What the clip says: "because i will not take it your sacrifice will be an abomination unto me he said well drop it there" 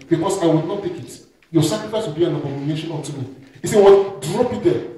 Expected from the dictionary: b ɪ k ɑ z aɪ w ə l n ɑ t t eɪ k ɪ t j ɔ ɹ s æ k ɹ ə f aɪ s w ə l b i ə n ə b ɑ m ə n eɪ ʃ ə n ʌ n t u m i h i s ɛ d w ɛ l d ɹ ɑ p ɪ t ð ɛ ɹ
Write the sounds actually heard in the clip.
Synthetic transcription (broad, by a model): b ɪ k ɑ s aɪ w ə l n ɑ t t eɪ k ɪ t j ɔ s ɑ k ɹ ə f aɪ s w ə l b i ə n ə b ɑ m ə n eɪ ʃ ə n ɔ t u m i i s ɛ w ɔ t d ɹ ɑ p ɪ t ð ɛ